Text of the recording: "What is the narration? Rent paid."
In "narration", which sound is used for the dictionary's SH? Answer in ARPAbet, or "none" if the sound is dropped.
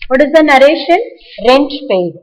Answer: SH